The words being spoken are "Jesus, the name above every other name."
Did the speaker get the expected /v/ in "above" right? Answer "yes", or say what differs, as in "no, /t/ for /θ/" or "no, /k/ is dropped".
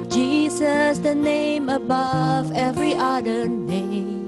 yes